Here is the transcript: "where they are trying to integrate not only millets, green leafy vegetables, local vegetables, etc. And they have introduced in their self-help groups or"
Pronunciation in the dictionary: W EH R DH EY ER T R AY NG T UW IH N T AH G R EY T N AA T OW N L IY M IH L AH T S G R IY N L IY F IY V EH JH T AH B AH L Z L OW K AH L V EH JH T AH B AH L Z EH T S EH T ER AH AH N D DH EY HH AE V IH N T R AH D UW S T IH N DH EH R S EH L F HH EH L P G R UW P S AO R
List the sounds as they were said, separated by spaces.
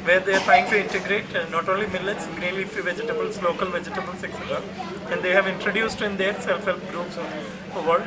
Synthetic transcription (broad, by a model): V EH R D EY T AY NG T UW IH N T AH G R EY T N AA T OW N L IY M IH L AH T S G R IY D L IY F IY V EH JH T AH B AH L S L OW K AH L V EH JH T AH B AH L S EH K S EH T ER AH AH N D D EY HH AE V IH N T R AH D UW S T IH N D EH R S EH L F HH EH L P G R UW P S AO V